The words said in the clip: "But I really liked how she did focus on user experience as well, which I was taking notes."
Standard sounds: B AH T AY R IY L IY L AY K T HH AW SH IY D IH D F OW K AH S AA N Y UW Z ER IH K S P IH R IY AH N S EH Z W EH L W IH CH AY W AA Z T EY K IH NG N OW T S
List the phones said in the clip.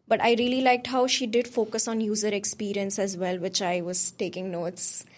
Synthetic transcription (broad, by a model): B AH T AY R IY L IY L AY K T HH AW SH IY D IH D F OW K AH S AA N Y UW Z ER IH K S P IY R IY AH N S EH Z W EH L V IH CH AY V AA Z T EY K IH NG N OW T S